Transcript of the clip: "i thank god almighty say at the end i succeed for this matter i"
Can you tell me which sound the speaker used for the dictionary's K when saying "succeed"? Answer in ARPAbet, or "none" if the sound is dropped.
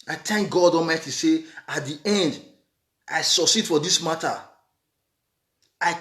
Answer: none